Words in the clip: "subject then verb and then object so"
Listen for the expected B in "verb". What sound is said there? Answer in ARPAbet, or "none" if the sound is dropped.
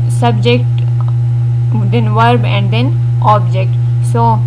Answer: B